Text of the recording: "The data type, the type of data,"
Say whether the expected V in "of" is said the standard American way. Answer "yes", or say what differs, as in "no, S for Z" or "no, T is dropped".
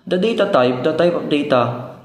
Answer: no, P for V